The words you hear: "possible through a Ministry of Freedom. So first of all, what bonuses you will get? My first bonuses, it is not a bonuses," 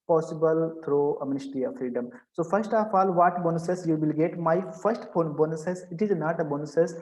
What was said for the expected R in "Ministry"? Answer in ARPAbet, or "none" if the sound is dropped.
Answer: none